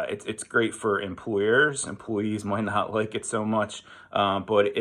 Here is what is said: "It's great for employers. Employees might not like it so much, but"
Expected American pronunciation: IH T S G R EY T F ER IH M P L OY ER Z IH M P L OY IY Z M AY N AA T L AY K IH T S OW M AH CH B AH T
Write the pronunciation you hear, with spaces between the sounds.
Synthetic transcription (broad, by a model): IH T S G R EY T F ER IH M P L OY ER Z IH M P L OY IY Z M AY N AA T L AY K IH T S OW M AH CH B AH T